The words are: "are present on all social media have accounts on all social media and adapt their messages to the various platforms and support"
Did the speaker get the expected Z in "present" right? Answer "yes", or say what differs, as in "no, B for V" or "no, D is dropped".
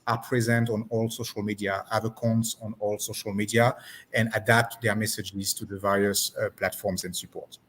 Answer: yes